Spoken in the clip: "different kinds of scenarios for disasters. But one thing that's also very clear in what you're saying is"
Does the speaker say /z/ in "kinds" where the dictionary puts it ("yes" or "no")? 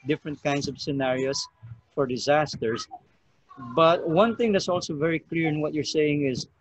no